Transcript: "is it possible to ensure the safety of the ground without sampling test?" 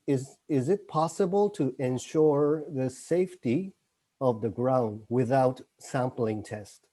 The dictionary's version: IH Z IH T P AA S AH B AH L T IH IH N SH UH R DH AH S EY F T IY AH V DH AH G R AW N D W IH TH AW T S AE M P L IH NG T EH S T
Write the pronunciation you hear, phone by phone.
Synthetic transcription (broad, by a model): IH Z IH T P AA S AH B AH L T IH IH N SH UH R DH AH S EY F T IY AH V DH AH G R AW N D W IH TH AW T S AE M P L IH NG T EH S T